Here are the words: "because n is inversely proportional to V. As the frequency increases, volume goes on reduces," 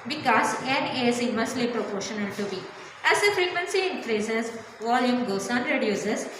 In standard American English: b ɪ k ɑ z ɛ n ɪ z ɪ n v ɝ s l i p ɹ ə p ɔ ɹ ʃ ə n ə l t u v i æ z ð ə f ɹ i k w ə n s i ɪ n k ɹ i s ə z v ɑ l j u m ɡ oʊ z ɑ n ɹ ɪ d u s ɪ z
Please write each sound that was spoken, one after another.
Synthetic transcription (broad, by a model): b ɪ k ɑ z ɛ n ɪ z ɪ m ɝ s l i p ɹ ə p ɔ ɹ ʃ ə n ə l t u b i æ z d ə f ɹ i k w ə n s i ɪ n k ɹ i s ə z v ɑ l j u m ɡ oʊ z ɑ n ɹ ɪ d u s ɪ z